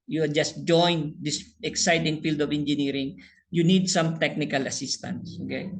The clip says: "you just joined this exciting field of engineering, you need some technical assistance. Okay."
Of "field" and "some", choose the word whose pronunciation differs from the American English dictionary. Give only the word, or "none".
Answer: none